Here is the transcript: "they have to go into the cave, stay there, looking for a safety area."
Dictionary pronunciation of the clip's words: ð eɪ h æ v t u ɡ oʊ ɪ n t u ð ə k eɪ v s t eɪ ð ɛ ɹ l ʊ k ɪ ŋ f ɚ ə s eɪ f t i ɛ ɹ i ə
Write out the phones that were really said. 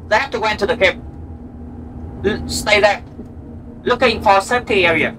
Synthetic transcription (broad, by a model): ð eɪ h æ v t u ɡ oʊ ɪ n t u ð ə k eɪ p s t eɪ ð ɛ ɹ l ʊ k ɪ ŋ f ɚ ə s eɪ t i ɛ ɹ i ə